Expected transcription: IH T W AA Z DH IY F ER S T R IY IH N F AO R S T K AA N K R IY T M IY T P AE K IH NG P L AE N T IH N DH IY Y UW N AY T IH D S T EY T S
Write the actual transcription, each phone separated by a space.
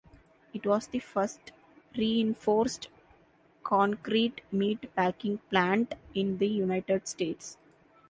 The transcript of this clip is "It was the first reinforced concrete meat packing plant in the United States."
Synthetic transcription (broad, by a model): IH T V AA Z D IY F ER S T R IY IH N F AO R S T K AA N K R IY T M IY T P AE K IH NG P L AE N T IH N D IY Y UW N AY T IH D S T EY T S